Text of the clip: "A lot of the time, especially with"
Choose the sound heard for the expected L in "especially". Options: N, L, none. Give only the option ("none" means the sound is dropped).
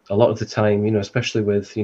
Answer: L